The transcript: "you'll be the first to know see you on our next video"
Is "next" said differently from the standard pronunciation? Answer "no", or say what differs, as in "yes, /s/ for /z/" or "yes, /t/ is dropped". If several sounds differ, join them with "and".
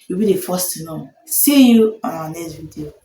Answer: yes, /k/ is dropped